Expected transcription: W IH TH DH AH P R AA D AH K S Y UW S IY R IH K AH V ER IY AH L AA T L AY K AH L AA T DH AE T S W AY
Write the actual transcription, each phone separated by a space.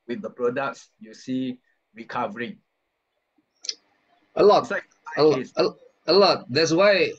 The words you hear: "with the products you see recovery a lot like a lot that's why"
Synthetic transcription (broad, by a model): W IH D AH P R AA D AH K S Y UW S IY R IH K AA V ER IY AH L AA T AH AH AH L AA T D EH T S W AY